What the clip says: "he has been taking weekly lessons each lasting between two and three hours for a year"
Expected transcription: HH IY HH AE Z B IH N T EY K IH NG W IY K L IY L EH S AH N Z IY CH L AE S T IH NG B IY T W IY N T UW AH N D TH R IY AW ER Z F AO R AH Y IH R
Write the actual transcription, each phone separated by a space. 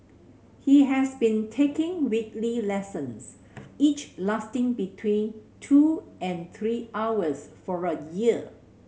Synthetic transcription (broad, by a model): HH IY HH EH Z B IH N T EY K IH NG W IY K L IY L EH S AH N S IY CH L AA S T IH NG B IY T W IY N T UW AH N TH R IY AW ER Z F AO R AH Y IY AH